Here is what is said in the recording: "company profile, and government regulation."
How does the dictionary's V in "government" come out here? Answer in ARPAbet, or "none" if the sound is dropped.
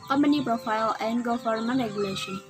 F